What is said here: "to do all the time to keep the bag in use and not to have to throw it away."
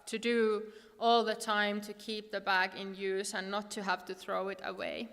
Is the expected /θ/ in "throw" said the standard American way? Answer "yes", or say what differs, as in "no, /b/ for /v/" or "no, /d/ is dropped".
yes